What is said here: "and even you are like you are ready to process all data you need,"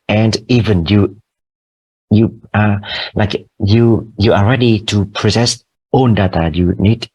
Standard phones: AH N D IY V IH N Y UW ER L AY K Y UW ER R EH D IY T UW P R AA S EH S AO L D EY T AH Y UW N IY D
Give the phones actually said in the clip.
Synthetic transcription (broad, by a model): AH N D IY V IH N Y UW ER L AY K Y UW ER R EH D IY T UW P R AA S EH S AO N D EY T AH Y UW N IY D